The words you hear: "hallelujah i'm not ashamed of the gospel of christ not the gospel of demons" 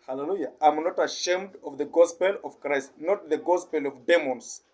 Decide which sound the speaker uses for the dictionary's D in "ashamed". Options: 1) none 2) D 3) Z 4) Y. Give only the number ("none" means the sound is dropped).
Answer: 2